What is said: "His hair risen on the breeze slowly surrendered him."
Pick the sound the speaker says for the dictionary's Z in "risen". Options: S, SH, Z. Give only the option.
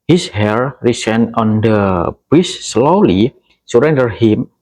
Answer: S